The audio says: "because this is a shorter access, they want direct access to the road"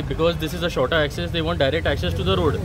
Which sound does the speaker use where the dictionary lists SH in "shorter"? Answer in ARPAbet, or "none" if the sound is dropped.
SH